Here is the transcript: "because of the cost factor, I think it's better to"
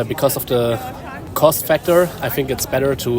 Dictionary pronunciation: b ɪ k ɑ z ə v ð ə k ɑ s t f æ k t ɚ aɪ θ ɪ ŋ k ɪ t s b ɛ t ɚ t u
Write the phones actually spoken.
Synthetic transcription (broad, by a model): b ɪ k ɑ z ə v ð ə k ɑ s t f æ k t ɚ aɪ θ ɪ ŋ k ɪ t s b ɛ t ɚ t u